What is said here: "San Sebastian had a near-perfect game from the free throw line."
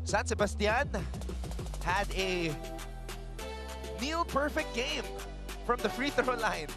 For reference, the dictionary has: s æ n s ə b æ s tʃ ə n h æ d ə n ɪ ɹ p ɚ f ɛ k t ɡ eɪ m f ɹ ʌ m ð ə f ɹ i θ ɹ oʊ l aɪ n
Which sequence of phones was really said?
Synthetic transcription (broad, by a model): s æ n s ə b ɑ s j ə n h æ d ə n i l p ɚ f ɛ k t ɡ eɪ m f ɹ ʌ m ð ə f ɹ i θ ɹ oʊ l aɪ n